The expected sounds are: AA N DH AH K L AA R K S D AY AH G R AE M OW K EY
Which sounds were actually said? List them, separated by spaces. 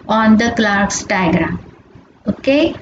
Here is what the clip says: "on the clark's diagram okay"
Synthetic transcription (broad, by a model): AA N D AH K L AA R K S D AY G R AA OW K EY